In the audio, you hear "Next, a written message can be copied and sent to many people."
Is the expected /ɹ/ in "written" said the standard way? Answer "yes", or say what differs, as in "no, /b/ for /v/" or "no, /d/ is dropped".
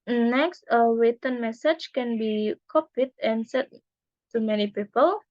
no, /w/ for /ɹ/